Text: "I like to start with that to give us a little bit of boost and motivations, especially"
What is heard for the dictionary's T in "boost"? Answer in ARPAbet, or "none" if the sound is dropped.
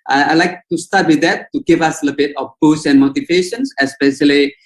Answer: none